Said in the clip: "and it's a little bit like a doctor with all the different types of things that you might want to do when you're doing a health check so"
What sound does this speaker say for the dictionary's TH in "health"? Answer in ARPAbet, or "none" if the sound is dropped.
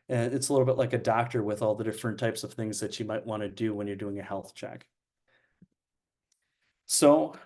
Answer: TH